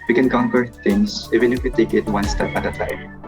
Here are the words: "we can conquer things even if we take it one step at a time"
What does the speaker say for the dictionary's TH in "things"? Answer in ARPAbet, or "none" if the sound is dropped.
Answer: T